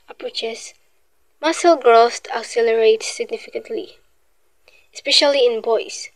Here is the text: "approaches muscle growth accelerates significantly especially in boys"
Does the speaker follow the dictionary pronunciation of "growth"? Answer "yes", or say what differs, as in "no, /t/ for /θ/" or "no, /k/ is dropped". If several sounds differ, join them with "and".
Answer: no, /t/ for /θ/